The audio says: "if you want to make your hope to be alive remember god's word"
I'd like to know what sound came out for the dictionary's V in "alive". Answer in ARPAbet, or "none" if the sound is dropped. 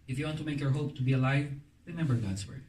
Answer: V